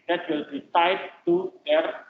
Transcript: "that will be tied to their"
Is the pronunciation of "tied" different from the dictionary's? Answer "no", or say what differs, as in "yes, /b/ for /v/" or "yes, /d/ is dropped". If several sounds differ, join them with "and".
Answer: yes, /s/ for /t/